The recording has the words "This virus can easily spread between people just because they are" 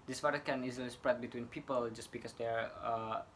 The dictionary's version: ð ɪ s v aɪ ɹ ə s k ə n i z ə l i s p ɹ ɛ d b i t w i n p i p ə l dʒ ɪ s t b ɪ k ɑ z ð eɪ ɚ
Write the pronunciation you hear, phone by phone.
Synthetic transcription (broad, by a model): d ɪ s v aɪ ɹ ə k ə n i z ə l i s p ɹ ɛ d b i t w i n p i p ə l dʒ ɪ s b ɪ k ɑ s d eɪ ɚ